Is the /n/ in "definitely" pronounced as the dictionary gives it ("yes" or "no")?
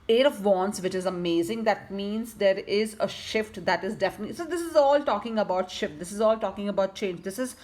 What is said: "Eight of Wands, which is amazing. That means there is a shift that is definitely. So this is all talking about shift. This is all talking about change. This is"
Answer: no